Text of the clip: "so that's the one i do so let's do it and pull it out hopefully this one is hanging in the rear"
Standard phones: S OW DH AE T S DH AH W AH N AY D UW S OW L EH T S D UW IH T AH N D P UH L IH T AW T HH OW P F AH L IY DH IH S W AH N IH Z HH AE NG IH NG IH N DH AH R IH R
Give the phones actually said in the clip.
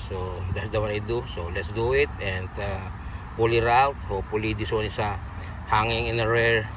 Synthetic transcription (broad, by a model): S OW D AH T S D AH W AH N AY D UW S OW L EH T S D UW IH T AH N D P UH L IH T AW T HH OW P AH L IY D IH S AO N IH S HH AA NG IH NG IH N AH R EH R